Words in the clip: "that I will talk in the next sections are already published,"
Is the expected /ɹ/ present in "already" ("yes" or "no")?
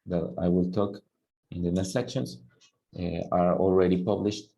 yes